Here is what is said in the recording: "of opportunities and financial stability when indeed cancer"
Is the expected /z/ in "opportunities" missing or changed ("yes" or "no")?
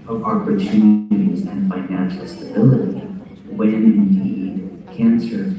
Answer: no